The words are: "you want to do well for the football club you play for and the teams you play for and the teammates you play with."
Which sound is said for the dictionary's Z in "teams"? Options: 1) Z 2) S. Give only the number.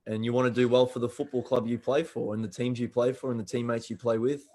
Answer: 1